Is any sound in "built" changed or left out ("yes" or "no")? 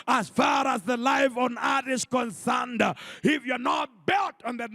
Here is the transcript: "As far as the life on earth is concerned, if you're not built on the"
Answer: no